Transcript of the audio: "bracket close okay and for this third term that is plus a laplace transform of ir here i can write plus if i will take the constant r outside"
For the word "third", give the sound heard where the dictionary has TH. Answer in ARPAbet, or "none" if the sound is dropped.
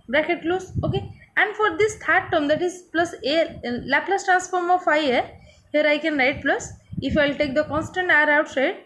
T